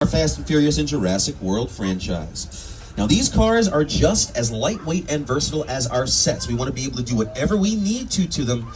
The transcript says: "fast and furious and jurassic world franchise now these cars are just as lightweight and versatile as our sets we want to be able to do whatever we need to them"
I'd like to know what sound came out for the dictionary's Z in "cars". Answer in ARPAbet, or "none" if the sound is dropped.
Z